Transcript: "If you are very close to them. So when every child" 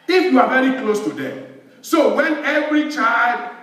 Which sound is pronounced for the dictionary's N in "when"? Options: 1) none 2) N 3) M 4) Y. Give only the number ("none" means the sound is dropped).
2